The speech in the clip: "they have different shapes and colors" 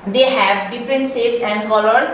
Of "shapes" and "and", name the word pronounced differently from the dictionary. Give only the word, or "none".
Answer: shapes